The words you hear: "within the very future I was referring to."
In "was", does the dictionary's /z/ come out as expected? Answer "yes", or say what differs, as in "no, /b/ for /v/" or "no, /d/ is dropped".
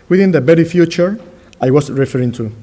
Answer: no, /s/ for /z/